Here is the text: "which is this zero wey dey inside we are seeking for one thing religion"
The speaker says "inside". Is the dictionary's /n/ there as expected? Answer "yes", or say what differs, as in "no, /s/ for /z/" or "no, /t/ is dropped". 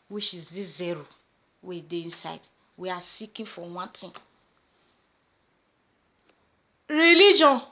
yes